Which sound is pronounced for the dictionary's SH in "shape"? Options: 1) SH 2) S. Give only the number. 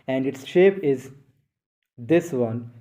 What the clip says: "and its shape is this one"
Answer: 1